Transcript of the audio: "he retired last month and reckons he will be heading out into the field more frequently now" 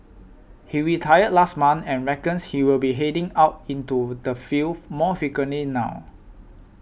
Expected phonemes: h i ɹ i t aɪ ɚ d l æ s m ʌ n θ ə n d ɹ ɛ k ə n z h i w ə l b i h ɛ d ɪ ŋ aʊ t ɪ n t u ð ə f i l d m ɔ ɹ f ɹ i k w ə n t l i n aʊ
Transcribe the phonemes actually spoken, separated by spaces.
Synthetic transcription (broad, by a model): h i ɹ i t aɪ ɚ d l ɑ s m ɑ n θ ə n ɹ ɛ k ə n s h i w ə l b i h ɛ d ɪ ŋ aʊ t ɪ n t u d ə f i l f m ɔ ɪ f i k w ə n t l i n aʊ